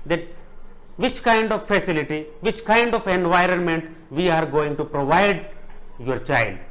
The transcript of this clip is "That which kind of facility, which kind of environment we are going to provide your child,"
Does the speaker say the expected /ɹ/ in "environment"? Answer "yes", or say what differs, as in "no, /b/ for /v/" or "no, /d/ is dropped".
yes